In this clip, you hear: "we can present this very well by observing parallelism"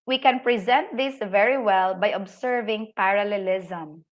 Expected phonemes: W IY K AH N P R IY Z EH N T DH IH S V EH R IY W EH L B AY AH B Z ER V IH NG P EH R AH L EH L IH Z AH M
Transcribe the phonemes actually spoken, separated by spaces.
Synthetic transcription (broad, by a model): W IY K AH N P R IY Z EH N T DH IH S V EH R IY W EH L B AY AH B S ER V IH NG P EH R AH L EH L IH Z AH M